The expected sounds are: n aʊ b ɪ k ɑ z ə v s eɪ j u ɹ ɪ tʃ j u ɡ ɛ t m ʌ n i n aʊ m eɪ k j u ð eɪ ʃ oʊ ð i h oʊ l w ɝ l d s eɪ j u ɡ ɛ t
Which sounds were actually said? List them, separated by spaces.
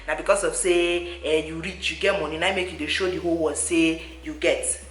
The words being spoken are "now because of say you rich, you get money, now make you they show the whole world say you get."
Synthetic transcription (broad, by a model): n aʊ b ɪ k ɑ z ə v s eɪ j u ɹ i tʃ j u ɡ ɛ t m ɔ n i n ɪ m eɪ k j u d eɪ ʃ oʊ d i h oʊ l w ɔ d s eɪ j u ɡ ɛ t